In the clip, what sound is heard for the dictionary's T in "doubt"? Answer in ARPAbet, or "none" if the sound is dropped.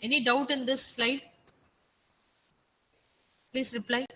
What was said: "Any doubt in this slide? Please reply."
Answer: T